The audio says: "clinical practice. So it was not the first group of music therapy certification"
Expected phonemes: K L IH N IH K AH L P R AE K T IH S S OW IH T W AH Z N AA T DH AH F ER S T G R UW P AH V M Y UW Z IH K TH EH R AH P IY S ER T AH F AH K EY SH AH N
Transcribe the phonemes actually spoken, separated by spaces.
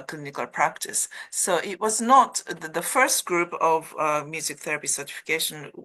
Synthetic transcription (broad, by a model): K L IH N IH K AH L P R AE K T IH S S OW IH T W AH Z N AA T DH AH F ER S T G R UW P AH V M Y UW Z IH K TH EH R AH P IY S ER T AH F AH K EY SH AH N